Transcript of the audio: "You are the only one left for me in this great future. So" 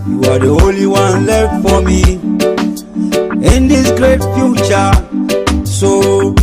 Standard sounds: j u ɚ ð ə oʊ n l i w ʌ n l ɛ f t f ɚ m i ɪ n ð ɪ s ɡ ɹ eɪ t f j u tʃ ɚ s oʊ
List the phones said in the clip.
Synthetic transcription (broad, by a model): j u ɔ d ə oʊ l i w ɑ n l ɛ f t f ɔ m i ɪ n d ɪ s ɡ ɹ eɪ t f j u tʃ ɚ s oʊ